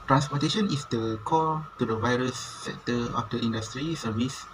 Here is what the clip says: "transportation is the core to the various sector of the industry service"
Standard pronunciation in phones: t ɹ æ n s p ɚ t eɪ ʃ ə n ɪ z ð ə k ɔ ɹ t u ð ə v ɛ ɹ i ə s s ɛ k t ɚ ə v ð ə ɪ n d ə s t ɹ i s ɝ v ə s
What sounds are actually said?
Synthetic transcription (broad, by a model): t ɹ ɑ n s p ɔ t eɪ ʃ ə n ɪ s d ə k ɔ l t u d ə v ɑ ɹ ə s s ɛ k t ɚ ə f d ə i n d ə s t ɹ i s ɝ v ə s